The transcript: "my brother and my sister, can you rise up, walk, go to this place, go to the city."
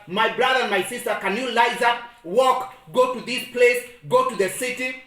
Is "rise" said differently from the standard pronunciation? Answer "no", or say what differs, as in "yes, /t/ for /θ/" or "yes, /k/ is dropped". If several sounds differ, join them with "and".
yes, /l/ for /ɹ/